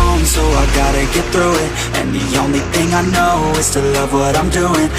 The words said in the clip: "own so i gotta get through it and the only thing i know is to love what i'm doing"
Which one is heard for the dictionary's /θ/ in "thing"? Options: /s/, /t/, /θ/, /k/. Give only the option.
/θ/